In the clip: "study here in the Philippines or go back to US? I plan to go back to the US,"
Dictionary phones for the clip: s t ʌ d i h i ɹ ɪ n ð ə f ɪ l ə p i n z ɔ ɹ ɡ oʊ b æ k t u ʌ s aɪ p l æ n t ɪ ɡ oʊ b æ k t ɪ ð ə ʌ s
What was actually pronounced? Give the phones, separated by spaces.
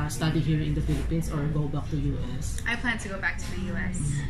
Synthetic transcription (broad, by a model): s t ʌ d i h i ɹ ɪ n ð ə f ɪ l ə p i n s ɔ ɹ ɡ oʊ b æ k t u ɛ s aɪ p l æ n t ɪ ɡ oʊ b æ k t ɪ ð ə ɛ s